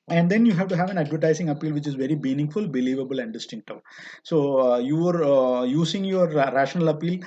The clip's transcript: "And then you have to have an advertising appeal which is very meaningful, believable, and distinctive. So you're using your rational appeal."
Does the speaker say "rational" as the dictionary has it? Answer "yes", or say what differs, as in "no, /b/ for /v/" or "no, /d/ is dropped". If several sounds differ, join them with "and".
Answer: yes